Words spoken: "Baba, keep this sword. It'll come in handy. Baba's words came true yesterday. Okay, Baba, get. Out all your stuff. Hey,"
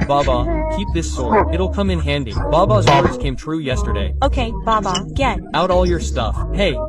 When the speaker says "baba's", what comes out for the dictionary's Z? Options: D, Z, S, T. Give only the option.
Z